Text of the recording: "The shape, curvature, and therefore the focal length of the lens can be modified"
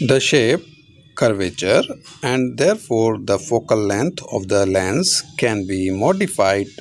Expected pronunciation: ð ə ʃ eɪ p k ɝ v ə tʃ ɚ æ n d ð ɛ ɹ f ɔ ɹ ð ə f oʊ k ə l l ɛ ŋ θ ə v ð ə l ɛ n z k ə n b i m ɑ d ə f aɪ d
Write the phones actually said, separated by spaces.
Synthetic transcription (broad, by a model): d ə ʃ eɪ p k ɝ v ə tʃ ɚ æ n d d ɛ ɹ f ɔ ɹ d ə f oʊ k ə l l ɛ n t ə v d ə l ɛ n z k ə n b i m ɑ d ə f aɪ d